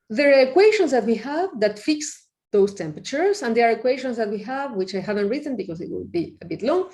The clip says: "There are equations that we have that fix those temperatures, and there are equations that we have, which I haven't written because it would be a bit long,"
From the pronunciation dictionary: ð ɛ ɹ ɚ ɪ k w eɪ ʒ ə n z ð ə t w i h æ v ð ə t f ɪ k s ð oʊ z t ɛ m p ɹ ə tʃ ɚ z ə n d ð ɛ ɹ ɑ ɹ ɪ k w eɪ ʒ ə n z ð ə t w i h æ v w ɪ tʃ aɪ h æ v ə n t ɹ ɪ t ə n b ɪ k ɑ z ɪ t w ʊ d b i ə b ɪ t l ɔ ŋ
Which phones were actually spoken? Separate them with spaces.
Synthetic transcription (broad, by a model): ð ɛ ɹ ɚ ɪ k w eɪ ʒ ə n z ð ə t w i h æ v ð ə t f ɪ k s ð oʊ s t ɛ m p ɹ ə tʃ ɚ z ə n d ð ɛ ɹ ɑ ɹ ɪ k w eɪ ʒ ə n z ð ə t w i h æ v w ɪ tʃ aɪ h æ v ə n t ɹ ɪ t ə n b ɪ k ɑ s ɪ t w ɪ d b i ə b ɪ t l ɔ ŋ